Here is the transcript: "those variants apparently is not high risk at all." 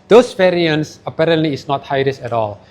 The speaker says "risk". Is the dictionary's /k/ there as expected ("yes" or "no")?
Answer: no